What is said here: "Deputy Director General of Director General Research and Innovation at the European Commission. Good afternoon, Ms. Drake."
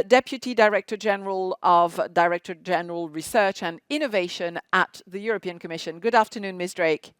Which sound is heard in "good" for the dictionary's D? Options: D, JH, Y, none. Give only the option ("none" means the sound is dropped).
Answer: D